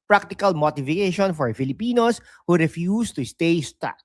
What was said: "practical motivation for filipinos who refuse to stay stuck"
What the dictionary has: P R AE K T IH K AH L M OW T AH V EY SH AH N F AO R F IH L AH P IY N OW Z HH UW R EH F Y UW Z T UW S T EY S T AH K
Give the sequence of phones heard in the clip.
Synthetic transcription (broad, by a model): P R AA K T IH K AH L M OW T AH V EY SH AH N F AO R F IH L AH P IY N OW S HH UW R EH F Y UW S T UW S T EY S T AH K